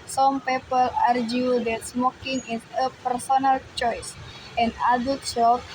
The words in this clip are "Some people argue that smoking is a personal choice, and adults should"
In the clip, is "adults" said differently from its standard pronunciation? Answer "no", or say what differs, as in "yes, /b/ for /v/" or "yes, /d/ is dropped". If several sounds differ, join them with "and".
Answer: yes, /l/ is dropped